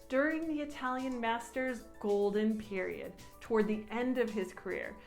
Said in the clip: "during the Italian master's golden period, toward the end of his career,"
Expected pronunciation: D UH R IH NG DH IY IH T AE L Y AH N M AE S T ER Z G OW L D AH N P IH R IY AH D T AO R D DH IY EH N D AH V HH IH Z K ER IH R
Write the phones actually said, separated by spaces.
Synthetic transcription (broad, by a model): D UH R IH NG DH IY IH T AE L Y AH N M AE S T ER Z G OW L D AH N P IH R IY AH D T AO R D DH IY EH N D AH V IH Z K ER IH R